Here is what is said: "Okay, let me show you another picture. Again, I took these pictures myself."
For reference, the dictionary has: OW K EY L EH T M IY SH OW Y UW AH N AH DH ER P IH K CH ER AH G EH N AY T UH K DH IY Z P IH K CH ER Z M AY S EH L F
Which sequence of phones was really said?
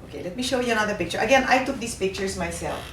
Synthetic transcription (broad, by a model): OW K EY L EH T M IY SH OW Y UW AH N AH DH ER P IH K CH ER AH G EH N AY T UH K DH IY S P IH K CH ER S M AY S EH L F